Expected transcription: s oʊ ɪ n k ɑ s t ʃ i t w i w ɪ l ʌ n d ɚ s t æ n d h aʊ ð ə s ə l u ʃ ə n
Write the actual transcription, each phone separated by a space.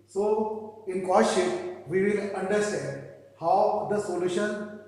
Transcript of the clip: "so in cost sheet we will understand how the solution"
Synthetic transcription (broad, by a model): s oʊ ɪ n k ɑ t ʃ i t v i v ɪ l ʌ n d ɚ s t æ n d h aʊ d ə s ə l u ʃ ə n